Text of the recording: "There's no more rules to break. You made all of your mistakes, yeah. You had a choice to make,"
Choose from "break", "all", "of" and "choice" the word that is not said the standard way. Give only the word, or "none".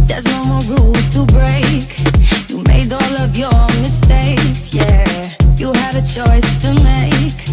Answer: none